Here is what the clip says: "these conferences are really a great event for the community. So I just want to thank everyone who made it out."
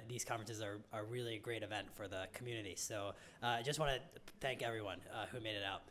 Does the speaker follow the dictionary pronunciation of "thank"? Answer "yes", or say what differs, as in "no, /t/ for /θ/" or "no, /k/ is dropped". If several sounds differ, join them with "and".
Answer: yes